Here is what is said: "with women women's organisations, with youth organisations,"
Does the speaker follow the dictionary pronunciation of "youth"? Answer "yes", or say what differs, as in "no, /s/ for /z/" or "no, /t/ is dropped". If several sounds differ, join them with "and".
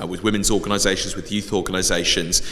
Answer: yes